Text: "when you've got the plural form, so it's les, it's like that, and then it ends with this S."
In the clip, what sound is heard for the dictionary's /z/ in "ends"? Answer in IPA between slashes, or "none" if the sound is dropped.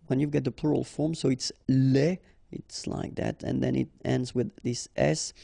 /z/